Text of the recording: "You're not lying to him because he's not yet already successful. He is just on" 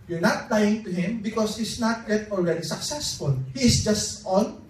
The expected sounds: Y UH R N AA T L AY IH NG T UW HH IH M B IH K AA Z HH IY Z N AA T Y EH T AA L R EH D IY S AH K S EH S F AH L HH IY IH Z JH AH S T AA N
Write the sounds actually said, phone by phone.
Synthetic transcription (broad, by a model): Y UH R N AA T L AY IH NG T UW HH IH M B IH K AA S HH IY S N AA T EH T AA L R EH D IY S AH K S EH S F AH L HH IY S JH AH S T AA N